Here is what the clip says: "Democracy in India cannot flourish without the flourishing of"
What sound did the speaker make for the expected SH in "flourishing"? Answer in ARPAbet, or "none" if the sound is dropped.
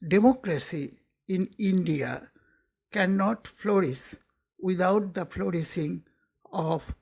S